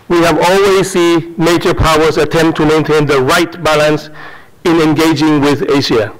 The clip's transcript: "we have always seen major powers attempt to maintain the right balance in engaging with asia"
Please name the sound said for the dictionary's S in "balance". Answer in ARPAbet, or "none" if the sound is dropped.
S